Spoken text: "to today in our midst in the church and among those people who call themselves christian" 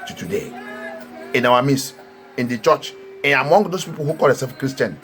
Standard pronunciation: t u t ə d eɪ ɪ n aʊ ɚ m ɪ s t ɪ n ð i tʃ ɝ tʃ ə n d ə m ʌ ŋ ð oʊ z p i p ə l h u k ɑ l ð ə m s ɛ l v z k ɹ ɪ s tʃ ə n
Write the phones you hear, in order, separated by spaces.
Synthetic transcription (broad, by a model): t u t ə d eɪ ɪ n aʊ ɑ m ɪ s ɪ n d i tʃ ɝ tʃ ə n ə m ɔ ŋ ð oʊ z p i p ə l h u k ɑ l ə s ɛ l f k ɹ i s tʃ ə n